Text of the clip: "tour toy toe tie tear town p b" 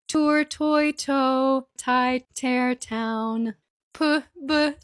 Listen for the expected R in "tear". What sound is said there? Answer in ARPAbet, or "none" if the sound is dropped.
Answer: R